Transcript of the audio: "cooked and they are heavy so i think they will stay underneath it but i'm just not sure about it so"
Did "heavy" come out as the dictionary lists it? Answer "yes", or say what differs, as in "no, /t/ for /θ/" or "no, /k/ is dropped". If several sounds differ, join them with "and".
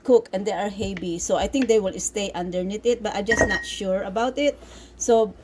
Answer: no, /b/ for /v/